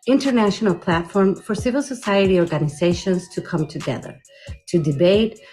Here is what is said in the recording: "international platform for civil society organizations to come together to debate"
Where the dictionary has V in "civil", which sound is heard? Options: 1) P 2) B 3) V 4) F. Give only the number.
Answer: 3